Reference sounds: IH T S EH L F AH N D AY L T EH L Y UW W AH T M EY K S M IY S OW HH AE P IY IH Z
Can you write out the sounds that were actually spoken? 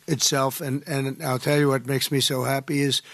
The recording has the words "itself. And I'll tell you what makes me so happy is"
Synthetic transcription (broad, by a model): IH T S EH L F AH N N AY L T EH L Y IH W AH T M EY K S M IY S OW HH AE P IY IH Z